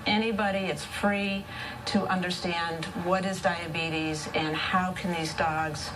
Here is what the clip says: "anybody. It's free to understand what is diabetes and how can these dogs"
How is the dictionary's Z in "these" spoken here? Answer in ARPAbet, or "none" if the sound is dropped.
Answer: Z